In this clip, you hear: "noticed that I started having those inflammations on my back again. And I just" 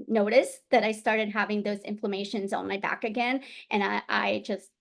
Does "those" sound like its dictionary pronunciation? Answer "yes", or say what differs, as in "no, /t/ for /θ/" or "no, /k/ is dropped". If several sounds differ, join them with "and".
yes